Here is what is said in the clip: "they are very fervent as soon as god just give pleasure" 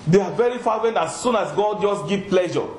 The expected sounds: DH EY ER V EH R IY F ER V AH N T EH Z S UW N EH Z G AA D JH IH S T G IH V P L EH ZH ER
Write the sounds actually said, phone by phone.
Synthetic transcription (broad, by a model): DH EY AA V EH R IY F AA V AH N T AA S UW N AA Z G AA D JH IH S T G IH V P L EH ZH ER